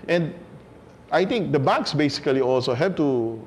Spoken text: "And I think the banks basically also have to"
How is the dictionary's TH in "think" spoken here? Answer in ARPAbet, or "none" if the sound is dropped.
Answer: T